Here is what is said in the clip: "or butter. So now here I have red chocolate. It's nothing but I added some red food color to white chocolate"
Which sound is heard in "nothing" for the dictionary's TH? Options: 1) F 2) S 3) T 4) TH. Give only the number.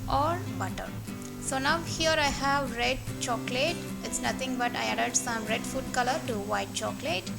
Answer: 3